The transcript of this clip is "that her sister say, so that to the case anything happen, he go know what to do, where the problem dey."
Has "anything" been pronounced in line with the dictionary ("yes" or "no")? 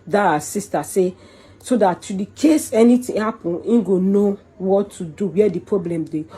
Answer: no